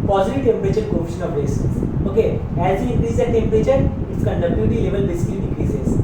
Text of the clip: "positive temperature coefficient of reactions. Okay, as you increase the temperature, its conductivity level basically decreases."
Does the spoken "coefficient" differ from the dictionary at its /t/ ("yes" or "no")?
yes